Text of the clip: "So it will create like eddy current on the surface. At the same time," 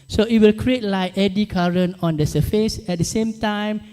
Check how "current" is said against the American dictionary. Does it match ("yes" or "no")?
no